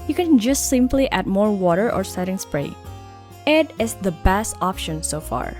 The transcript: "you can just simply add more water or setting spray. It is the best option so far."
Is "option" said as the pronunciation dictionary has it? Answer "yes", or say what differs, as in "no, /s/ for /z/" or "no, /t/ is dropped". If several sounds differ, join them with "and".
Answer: yes